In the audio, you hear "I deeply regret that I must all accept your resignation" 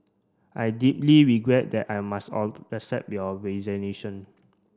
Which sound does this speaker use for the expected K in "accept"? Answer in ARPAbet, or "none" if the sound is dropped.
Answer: none